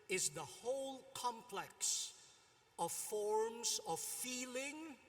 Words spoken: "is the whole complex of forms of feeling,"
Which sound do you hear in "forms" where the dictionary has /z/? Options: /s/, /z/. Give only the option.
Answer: /z/